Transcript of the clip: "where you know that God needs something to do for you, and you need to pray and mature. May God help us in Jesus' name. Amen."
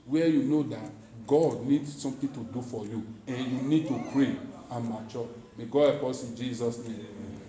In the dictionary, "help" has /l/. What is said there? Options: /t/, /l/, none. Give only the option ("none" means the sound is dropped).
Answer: none